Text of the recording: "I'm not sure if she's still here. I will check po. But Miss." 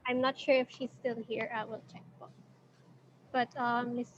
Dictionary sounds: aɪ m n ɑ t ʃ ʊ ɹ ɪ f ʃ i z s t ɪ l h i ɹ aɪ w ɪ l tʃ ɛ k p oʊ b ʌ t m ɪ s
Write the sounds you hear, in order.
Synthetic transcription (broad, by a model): aɪ m n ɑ t ʃ ʊ ɹ ɪ f ʃ i z s t ɪ l h i ɹ aɪ w ɪ l tʃ ɛ k b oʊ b ʌ t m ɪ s